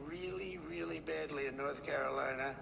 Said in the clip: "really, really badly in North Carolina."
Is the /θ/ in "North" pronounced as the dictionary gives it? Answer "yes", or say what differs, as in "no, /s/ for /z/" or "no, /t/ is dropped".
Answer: yes